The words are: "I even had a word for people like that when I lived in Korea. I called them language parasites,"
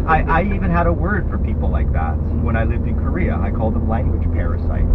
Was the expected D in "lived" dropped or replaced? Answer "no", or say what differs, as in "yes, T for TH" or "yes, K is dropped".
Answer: no